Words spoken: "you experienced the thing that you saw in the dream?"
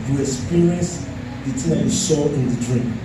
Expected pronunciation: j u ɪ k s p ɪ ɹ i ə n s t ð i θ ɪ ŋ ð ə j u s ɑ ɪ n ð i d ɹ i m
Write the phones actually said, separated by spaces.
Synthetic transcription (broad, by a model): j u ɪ k s p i ɹ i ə n s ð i t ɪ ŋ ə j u ʃ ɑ ɪ n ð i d ɹ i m